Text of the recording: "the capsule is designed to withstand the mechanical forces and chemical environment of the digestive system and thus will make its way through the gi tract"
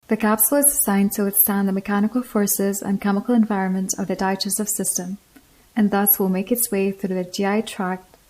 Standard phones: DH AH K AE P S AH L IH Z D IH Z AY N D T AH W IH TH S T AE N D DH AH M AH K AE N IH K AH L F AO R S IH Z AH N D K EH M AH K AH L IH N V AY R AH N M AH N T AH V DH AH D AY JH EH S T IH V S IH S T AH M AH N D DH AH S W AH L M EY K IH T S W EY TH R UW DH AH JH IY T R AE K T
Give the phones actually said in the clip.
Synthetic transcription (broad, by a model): DH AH K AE P S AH IH Z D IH S AY N T AH W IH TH S T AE N DH AH M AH K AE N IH K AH L F AO R S IH Z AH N K EH M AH K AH L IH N V AY R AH N M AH N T AH V DH AH D AY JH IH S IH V S IH S T AH M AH N DH AH S W AH L M EY K IH T S W EY TH R UW DH AH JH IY T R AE K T